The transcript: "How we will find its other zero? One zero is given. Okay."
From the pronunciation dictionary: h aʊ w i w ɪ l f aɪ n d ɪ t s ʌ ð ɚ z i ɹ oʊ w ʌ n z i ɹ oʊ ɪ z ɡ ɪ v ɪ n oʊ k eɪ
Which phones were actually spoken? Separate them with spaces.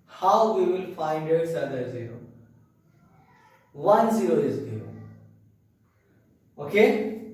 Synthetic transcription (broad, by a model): h aʊ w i w ɪ l f aɪ n d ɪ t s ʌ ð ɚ z i ɹ oʊ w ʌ n z i ɹ oʊ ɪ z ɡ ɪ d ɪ oʊ k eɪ